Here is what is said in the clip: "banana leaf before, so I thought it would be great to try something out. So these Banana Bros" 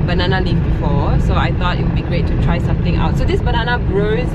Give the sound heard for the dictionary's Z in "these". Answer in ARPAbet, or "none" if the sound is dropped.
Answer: S